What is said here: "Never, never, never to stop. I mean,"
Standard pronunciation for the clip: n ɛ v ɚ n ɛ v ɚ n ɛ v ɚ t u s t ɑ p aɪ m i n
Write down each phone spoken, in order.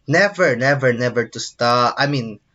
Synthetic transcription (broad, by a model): n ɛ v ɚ n ɛ v ɚ n ɛ v ɚ t u s t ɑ aɪ m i n